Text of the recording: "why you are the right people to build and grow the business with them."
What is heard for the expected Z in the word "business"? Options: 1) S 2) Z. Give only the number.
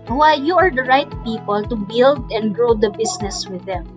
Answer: 1